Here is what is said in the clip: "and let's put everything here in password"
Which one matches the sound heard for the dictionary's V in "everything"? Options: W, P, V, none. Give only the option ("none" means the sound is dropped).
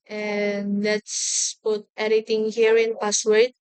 none